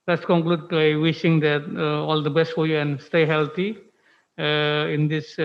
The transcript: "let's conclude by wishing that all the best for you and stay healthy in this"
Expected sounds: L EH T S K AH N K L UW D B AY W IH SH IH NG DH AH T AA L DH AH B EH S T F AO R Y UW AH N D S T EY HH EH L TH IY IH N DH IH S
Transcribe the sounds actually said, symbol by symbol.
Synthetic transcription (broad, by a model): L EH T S K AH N K L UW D B AY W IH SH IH NG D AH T AA L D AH B EH S T F AO R Y UW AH N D S T EY HH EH L T IY IH N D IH S